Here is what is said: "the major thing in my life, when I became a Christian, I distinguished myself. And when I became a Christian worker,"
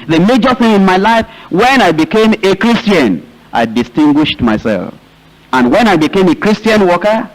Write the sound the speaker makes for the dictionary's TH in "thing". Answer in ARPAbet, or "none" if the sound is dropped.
TH